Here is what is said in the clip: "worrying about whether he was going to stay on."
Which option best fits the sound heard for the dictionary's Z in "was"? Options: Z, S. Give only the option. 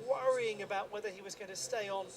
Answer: Z